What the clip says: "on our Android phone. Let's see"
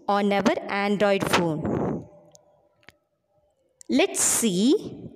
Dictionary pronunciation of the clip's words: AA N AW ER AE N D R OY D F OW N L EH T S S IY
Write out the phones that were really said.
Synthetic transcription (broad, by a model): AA N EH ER AE N D R OY D F OW N L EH T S S IY